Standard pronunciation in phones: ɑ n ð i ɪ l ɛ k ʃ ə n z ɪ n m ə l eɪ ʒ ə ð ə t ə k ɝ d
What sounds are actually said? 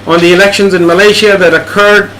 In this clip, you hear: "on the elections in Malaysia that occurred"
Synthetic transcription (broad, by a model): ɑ n ð i ɪ l ɛ k ʃ ə n z ɪ n m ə l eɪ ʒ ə ð ə t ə k ɝ d